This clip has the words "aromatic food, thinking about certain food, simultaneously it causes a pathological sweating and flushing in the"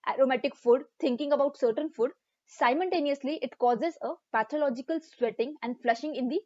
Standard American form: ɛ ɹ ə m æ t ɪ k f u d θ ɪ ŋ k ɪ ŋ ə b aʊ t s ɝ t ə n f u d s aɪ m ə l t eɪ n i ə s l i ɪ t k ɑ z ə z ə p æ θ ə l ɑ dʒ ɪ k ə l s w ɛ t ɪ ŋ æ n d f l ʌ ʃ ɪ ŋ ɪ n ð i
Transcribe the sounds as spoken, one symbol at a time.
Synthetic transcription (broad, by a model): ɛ ɹ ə m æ t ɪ k f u d t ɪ ŋ k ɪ ŋ ə b aʊ t s ɝ t ə n f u d s aɪ m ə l t eɪ n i ə s l i ɪ t k ɑ z ə z ə p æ t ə l ɑ dʒ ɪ k ə l s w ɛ t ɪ ŋ æ n d f l ʌ ʃ ɪ ŋ ɪ n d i